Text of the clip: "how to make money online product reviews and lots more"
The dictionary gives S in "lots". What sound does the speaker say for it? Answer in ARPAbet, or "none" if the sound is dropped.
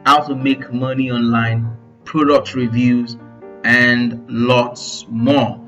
S